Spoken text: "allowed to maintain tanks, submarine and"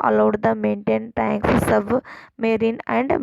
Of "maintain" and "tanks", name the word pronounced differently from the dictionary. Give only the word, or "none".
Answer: none